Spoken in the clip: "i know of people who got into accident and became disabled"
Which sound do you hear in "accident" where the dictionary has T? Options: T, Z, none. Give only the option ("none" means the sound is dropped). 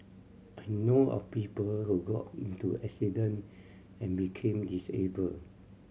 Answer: none